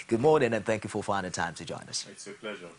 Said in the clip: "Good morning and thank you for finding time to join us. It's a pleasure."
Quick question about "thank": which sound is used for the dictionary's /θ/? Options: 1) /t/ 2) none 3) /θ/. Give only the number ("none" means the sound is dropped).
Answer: 3